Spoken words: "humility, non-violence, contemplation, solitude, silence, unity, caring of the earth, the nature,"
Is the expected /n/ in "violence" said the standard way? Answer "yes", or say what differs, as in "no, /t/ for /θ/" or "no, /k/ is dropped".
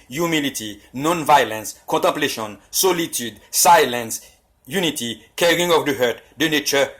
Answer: yes